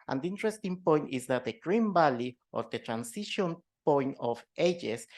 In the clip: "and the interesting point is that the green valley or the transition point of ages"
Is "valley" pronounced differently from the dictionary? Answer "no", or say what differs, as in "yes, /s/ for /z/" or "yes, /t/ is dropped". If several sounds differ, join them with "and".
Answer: yes, /b/ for /v/